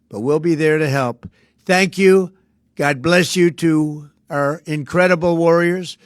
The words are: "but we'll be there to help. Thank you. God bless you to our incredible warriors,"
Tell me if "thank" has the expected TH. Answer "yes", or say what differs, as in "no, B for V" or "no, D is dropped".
yes